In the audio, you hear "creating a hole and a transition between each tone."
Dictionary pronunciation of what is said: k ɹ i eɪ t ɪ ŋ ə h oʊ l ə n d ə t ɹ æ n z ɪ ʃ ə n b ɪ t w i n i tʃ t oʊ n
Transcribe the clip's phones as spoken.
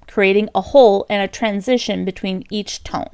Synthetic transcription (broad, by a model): k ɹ i eɪ t ɪ ŋ ə h oʊ l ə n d ə t ɹ æ n z ɪ ʃ ə n b ɪ t w i n i tʃ t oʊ n